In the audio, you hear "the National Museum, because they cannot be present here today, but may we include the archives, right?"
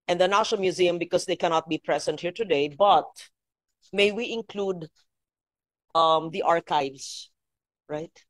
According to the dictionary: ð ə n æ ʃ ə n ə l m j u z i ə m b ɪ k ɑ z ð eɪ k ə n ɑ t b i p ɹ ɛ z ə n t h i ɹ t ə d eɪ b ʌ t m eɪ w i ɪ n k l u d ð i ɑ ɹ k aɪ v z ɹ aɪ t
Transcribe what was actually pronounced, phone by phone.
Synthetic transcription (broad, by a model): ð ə n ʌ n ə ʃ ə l m j u z i ə m b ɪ k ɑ s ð eɪ k ə n ɑ t b i p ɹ ɛ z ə n t h i ɹ t ə d eɪ b ʌ t m eɪ w i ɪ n k l u d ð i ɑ ɹ k aɪ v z ɹ aɪ t